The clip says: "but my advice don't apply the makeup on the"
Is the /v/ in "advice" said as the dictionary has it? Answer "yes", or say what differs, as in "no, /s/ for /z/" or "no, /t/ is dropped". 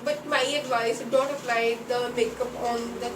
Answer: yes